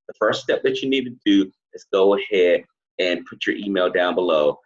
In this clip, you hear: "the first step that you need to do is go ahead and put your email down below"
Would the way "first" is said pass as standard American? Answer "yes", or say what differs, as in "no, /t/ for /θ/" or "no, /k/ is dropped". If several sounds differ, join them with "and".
yes